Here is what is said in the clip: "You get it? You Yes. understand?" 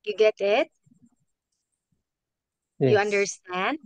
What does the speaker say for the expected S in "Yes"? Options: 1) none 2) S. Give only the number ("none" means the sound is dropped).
1